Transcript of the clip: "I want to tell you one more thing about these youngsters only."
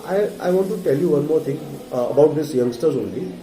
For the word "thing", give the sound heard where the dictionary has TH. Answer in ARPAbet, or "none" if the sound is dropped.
T